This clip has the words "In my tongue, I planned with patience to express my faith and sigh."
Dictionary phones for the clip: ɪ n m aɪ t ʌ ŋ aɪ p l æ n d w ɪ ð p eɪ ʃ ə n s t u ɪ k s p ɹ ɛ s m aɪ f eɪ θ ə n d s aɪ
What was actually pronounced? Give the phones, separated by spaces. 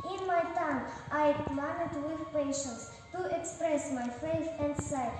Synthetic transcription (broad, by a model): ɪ n m aɪ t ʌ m aɪ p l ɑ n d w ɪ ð p eɪ ʃ ə n s t u ɪ k s p ɹ ɛ s m aɪ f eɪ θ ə n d s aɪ